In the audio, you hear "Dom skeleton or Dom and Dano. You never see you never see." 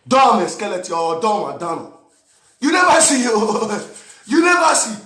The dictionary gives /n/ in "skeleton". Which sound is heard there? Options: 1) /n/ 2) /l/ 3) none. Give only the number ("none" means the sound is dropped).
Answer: 3